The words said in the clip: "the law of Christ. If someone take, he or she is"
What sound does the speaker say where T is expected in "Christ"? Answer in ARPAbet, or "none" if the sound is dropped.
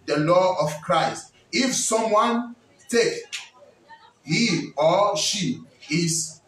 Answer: T